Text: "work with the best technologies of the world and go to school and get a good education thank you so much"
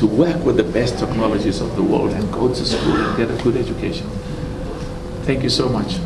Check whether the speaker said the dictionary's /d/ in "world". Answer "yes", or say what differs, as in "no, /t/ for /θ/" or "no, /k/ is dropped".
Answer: yes